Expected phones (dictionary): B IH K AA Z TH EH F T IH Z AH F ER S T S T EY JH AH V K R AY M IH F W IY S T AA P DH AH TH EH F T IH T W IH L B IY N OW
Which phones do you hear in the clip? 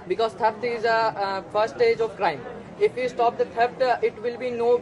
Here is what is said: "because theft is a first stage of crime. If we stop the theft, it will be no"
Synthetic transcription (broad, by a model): B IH K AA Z T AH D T IH Z AH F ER T S T EY JH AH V K R AY M IH F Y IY S T AA P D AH T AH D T IH T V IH L B IY N OW